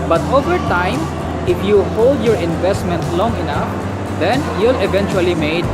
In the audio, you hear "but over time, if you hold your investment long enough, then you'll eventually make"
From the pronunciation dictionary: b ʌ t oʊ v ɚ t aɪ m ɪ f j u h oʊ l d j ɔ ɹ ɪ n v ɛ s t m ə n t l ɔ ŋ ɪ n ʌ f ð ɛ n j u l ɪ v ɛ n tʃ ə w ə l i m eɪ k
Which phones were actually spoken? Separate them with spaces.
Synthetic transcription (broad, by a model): b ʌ t oʊ v ɚ t aɪ m ɪ f j u h oʊ l d j ɔ ɹ ɪ n v ɛ s t m ə n t l ɔ ŋ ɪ n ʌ f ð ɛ n j u l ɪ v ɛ n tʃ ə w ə l i m eɪ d